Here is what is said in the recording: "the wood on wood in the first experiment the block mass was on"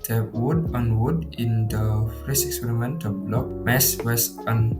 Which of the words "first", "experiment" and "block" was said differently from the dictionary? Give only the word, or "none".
first